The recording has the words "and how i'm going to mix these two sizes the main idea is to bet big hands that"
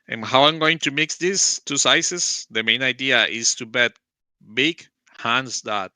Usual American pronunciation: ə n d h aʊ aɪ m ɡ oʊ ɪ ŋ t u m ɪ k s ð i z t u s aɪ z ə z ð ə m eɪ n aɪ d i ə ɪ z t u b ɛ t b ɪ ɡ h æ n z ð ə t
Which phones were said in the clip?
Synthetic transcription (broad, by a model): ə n h aʊ aɪ m ɡ oʊ ɪ ŋ t u m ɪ k s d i s t u s aɪ s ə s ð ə m eɪ n aɪ d i ə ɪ s t u b ɛ t b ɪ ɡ h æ n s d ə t